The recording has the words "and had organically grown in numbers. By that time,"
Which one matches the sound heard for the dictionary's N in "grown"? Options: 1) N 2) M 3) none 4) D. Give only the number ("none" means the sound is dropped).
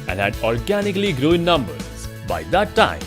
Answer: 3